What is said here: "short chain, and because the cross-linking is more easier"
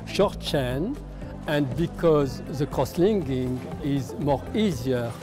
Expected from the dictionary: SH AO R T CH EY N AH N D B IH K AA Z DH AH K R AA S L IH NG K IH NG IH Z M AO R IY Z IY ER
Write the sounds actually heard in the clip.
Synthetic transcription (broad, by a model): SH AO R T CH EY N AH N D B IH K AA Z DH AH K R AA S L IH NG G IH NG IH Z M AO R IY Z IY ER